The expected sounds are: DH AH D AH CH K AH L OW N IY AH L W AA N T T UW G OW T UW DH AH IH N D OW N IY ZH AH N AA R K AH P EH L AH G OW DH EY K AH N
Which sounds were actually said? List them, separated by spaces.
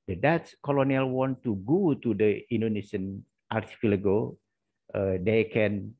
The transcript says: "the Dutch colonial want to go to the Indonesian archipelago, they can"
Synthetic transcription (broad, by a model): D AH D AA S K AH L OW N IY AH L W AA N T T UW G OW T UW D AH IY N D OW N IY S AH N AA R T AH F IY L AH G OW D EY K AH N